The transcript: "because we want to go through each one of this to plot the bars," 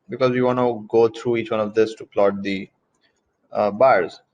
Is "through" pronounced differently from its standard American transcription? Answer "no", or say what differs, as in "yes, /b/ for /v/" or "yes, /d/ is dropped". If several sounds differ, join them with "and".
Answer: yes, /t/ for /θ/